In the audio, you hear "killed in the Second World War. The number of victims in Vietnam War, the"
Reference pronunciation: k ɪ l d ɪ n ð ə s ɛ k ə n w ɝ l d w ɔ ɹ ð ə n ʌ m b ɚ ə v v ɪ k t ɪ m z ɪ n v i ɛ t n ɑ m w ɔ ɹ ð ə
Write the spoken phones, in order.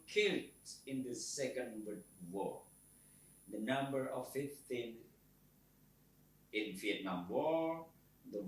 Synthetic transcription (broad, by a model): k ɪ l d ɪ n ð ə s ɛ k ə n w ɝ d w ɔ ɹ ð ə n ʌ m b ɚ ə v f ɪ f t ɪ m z ɪ n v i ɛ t n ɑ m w ɔ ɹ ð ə